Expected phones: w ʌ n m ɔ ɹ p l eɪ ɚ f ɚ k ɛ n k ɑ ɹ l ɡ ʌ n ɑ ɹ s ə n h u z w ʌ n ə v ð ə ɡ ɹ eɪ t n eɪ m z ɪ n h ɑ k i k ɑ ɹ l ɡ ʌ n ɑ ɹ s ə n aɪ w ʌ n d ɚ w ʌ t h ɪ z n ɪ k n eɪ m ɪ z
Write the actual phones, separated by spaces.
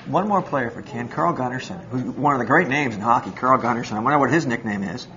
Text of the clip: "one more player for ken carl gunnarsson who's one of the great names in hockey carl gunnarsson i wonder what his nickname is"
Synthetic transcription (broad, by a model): w ʌ n m ɔ ɹ p l eɪ ɚ f ɚ k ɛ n k ɑ ɹ l ɡ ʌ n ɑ ɹ s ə n h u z w ʌ n ə v ð ə ɡ ɹ eɪ t n eɪ m z ɪ n h ɑ k i k ɑ ɹ l ɡ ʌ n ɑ ɹ s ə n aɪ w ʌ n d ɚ w ʌ t h ɪ z n ɪ k n eɪ m ɪ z